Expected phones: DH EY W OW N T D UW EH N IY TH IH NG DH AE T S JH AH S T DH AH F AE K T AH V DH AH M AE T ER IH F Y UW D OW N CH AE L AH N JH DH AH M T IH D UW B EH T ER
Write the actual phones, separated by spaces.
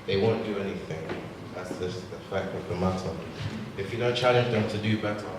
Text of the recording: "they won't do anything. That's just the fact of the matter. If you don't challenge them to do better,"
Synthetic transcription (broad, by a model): DH EY W OW N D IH EH N IY TH IH NG DH AE T S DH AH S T DH AH F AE K T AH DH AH M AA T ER IH F Y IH D OW N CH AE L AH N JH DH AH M T IH D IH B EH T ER